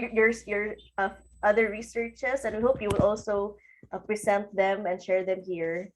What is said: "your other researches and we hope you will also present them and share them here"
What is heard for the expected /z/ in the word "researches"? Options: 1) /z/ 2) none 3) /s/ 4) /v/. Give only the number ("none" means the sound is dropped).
3